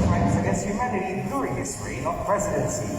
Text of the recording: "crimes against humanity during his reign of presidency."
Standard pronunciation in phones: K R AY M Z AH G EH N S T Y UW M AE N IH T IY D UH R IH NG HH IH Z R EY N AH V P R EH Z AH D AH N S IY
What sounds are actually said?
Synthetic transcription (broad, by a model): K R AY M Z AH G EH S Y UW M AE IH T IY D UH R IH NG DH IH S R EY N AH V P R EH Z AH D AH N S IY